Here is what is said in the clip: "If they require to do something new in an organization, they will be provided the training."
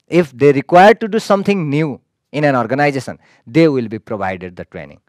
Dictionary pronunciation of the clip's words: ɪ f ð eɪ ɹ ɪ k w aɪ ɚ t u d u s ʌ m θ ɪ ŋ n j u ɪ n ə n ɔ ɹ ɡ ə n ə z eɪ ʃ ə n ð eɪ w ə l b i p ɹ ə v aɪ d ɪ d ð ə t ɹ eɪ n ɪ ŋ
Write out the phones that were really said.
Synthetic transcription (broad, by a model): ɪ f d eɪ ɹ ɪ k w aɪ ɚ t u d u s ʌ m t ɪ ŋ n j u ɪ n ə n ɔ ɹ ɡ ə n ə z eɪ s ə n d eɪ w ə l b i p ɹ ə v aɪ d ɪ d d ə t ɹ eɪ n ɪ ŋ